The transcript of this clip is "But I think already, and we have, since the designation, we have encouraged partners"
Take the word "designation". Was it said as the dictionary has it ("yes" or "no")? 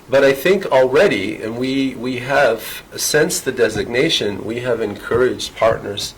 yes